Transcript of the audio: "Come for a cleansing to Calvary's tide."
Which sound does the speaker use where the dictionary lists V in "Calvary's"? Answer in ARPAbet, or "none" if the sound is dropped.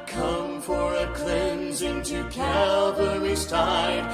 W